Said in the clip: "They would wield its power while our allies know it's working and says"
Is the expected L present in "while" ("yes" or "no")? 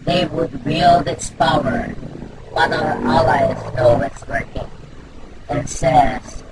no